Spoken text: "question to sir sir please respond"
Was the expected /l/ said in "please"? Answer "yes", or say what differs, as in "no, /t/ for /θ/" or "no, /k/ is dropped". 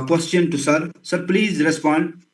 yes